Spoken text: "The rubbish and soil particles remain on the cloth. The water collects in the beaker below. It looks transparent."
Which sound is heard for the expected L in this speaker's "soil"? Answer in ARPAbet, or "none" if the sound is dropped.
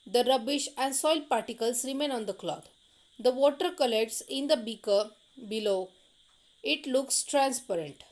L